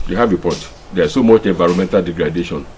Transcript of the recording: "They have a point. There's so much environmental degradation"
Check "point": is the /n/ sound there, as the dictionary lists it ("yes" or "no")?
no